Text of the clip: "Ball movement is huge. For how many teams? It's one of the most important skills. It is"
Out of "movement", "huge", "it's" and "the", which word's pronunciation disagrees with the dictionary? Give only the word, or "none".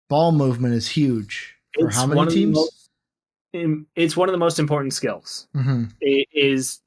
none